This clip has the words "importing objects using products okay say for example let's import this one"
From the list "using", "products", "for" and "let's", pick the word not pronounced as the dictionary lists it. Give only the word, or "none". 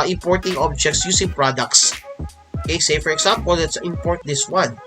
using